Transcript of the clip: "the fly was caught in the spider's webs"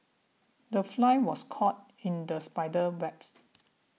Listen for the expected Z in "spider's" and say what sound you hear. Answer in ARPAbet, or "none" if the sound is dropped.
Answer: none